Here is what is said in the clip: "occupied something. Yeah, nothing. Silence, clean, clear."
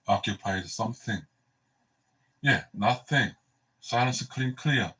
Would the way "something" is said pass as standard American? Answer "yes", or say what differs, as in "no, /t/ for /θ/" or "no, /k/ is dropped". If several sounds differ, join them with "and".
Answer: yes